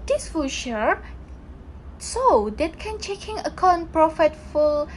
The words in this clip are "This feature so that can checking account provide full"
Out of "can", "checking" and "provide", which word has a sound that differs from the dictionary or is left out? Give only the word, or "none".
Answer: provide